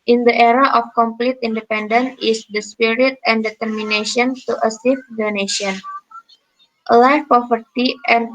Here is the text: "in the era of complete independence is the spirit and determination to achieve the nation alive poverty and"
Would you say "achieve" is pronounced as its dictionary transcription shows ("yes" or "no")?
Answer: no